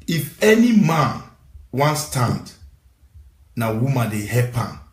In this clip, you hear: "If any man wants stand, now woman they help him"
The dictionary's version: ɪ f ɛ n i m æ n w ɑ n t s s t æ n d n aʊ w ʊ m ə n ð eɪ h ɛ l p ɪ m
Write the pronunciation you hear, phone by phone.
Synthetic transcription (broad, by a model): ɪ f ɛ n i m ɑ n w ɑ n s s t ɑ n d n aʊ w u m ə n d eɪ h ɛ p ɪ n